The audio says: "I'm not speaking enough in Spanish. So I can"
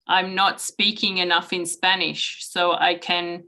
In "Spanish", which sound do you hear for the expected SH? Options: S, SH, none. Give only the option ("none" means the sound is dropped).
SH